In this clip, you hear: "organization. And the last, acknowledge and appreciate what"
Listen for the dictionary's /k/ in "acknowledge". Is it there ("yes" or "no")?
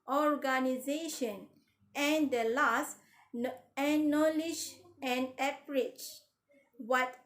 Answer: no